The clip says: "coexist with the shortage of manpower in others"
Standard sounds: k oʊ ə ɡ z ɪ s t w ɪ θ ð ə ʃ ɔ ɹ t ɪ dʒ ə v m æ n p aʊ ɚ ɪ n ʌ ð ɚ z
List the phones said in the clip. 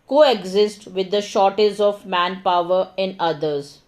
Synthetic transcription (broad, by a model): k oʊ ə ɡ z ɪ s t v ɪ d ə ʃ ɔ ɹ t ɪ z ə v m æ n p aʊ ɚ ɪ n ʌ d ɚ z